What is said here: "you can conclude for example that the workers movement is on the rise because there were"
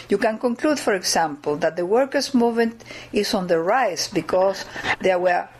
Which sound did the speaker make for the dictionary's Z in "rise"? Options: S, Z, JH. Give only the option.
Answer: S